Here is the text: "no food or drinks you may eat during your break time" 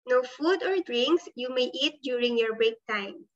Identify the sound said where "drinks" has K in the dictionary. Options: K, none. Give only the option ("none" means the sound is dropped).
K